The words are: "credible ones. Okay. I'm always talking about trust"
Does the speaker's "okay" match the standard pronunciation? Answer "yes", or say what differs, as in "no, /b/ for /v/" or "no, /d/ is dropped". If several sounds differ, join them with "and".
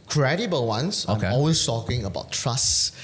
no, /k/ is dropped